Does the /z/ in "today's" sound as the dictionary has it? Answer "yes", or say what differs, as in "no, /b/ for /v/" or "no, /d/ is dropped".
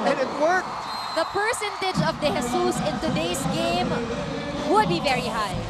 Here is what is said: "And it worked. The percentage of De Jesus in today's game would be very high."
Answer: no, /s/ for /z/